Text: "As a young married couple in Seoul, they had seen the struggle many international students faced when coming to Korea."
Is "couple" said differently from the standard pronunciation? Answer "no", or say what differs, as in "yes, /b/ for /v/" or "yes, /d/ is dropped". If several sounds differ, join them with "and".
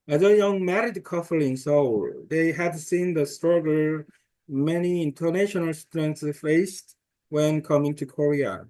yes, /f/ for /p/